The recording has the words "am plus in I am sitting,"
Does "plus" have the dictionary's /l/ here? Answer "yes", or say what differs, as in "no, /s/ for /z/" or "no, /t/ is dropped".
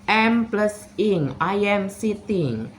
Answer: yes